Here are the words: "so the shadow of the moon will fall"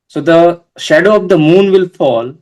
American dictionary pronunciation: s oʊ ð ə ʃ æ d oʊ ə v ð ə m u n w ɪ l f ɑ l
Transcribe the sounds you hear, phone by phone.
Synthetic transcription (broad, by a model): s oʊ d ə ʃ æ d oʊ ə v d ə m u n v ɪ l f ɑ l